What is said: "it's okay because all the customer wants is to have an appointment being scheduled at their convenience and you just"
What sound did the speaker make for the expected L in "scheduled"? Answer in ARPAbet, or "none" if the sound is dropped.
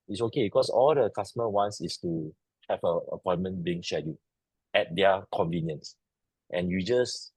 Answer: none